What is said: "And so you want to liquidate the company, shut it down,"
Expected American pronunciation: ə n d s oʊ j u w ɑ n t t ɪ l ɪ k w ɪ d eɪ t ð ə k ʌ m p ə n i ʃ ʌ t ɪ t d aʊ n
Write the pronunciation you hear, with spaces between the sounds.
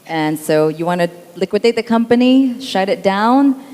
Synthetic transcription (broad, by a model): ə n s oʊ j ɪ w ɑ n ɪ l ɪ k w ɪ d eɪ t ð ə k ʌ m p ə n i ʃ ʌ t ɪ t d aʊ n